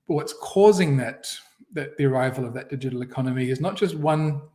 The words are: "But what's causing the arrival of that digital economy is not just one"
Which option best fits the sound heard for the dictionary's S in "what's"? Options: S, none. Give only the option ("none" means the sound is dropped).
S